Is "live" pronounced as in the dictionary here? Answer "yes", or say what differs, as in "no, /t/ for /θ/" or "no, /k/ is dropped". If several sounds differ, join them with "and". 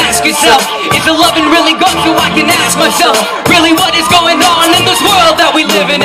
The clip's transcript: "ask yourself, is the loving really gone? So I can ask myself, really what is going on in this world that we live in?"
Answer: yes